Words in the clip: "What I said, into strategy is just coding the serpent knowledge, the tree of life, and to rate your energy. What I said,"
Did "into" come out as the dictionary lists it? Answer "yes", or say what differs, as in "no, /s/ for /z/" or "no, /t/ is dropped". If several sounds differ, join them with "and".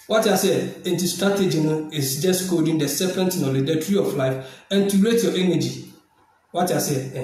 yes